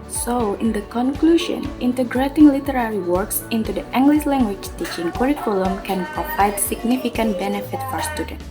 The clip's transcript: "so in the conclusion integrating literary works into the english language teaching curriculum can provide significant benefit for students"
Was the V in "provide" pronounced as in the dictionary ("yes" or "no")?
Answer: no